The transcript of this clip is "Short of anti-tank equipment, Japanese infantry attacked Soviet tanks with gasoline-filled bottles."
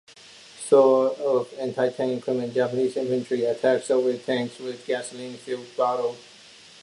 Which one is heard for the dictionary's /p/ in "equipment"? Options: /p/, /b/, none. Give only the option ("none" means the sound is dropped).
none